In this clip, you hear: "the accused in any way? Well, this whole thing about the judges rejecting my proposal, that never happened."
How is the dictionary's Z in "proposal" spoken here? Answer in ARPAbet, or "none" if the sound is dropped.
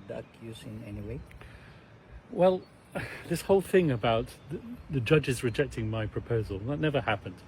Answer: Z